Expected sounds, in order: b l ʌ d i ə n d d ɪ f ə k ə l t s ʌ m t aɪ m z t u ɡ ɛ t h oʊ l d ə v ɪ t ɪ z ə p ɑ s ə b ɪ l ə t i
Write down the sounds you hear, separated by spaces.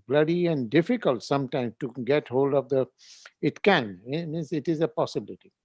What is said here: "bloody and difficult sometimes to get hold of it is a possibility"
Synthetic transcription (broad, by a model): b l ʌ d i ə n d d ɪ f ə k ə l t s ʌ m t aɪ m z t u ɡ ɛ t h oʊ l d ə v ɪ t ɪ z ə p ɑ s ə b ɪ l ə t i